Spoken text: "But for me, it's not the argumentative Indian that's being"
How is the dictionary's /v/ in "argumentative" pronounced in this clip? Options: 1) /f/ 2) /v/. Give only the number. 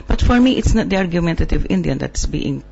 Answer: 2